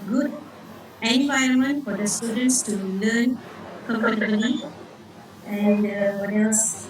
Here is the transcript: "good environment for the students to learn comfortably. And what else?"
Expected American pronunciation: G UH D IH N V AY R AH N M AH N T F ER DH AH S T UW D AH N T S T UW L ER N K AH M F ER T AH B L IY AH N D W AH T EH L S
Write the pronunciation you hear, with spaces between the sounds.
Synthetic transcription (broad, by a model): G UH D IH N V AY AH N M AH N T F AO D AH S T UW D AH N T S T UW L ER N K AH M P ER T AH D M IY AH N D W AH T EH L S